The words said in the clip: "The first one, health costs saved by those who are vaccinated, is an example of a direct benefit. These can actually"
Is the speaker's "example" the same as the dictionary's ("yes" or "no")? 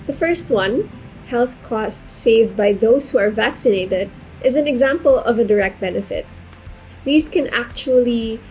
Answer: yes